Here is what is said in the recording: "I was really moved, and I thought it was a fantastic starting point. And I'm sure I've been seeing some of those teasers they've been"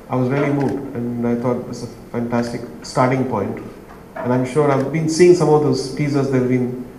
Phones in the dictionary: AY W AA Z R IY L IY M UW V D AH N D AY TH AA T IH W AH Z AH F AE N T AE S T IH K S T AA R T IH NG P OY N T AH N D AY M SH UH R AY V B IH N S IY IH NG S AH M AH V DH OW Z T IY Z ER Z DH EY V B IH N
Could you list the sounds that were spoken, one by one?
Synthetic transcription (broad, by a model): AY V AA Z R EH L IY M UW D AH N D AY T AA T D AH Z AH F AE N T AE S T IH K S T AA R T IH NG P OY N T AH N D AY M SH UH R AY V B IH N S IY IH NG S AH M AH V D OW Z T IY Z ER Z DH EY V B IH N